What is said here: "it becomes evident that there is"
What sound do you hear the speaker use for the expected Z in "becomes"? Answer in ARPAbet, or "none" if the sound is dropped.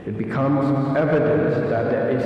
Z